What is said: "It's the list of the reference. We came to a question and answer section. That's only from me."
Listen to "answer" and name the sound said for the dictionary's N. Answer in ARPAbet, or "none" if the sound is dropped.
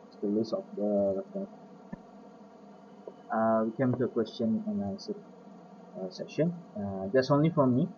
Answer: L